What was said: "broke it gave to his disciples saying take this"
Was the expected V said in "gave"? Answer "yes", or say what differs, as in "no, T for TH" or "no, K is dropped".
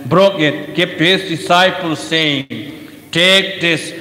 no, P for V